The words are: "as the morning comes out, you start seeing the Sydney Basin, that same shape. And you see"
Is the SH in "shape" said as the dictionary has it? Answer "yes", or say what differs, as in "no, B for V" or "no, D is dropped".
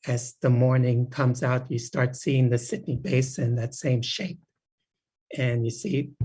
yes